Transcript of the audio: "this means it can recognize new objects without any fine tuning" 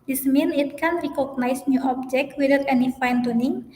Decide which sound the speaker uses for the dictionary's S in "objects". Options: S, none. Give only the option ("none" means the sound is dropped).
none